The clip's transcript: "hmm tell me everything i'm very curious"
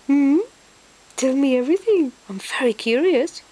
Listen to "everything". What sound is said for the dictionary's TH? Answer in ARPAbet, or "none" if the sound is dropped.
TH